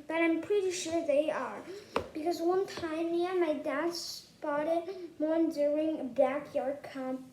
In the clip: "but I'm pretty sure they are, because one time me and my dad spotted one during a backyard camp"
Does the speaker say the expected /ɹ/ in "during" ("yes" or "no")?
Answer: yes